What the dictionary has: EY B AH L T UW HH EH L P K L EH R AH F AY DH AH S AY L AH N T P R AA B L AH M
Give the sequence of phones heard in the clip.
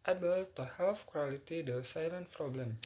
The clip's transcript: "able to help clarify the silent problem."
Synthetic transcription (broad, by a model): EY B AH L T UW HH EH L F K W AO L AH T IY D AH S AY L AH N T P R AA B L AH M